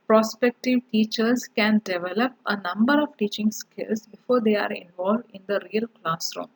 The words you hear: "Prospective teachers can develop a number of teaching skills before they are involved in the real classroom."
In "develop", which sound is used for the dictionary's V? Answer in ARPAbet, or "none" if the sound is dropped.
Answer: V